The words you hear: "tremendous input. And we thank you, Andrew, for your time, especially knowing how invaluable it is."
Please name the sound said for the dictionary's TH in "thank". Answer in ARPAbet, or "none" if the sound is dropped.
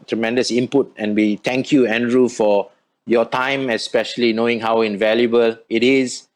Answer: T